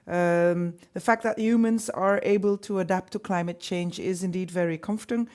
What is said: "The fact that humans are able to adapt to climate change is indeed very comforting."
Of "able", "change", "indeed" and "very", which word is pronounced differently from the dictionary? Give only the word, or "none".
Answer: none